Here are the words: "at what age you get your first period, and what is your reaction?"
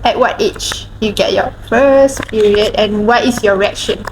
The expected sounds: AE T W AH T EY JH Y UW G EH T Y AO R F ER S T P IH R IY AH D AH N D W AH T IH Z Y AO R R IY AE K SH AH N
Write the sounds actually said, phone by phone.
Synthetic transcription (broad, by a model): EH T W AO T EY CH Y UW G EH T Y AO F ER S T P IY R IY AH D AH N W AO T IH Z Y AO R R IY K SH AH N